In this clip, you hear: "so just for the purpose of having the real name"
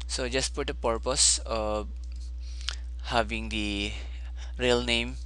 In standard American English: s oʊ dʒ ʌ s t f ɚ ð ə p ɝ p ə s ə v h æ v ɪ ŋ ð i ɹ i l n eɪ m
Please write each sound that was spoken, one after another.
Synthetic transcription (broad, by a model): s oʊ dʒ ʌ s t p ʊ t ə p ɝ p ə s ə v h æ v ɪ ŋ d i ɹ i l n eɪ m